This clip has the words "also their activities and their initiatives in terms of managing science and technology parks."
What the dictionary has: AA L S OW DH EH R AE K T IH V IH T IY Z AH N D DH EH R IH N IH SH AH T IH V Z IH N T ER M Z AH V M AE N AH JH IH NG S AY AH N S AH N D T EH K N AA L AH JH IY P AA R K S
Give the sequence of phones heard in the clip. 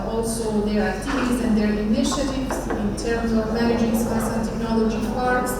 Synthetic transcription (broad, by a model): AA L S OW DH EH R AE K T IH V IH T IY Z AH N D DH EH R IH N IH SH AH T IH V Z IH N T ER M Z AH V M AE N AH JH IH NG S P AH S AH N T EH K N AA L AH JH IY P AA R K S